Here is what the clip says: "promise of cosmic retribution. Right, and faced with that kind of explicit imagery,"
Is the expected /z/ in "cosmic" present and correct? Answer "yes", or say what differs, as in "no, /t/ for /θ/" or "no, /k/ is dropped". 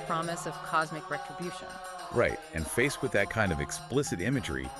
yes